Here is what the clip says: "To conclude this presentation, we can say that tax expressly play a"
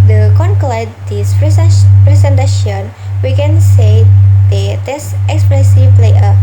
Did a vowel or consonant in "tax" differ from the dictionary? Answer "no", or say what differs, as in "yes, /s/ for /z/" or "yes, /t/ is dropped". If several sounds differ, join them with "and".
yes, /k/ is dropped